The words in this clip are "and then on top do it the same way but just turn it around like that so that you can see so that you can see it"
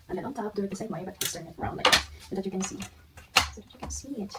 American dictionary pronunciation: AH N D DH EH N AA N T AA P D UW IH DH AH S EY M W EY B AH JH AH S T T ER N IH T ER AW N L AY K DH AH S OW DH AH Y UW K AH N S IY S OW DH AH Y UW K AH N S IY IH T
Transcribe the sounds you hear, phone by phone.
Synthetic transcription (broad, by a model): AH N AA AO UH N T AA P D UW IH DH AH S EY M W EY B AH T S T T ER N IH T ER AW N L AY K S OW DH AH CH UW K AH N S IY S OW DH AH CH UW K AH N S IY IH T